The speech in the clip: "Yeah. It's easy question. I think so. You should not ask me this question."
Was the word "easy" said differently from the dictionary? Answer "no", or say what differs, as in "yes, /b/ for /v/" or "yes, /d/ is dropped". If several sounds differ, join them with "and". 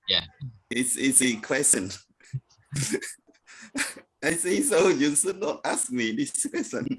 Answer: yes, /s/ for /z/